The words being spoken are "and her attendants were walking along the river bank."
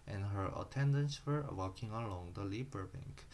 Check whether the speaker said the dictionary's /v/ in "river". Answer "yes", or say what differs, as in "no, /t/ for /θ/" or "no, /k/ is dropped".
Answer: no, /b/ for /v/